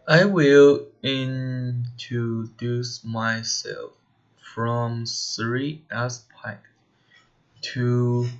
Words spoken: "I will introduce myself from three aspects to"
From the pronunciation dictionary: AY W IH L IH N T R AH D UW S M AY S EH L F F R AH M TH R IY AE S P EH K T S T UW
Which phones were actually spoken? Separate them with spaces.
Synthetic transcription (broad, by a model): AY W IH L IH N T R AH D UW S M AY S EH L F F R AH M S R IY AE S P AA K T T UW